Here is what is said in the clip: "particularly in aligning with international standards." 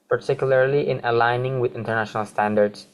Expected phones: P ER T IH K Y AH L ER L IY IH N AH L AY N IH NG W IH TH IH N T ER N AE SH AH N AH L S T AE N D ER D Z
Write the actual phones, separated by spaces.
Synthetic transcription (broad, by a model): P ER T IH K Y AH L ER L IY IH N AH L AY N IH NG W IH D IH N T ER N AE SH AH N AH L S T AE N D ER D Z